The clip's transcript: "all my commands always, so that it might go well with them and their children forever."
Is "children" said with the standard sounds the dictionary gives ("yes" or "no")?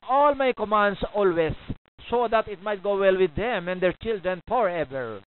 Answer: yes